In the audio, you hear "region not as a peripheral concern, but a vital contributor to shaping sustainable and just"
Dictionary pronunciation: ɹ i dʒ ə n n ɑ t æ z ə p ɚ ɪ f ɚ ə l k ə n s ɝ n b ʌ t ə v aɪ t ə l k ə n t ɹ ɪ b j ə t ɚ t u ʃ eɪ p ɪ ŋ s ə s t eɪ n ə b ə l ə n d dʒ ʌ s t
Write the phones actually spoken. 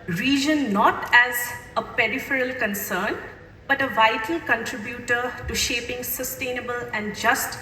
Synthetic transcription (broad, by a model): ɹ i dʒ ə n n ɑ t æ z ə p ɚ ɪ f ɚ ə l k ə n s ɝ n b ʌ t ə v aɪ t ə l k ə n t ɹ ɪ b j ə t ɚ t u ʃ eɪ p ɪ ŋ s ə s t eɪ n ə b ə l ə n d dʒ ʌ s t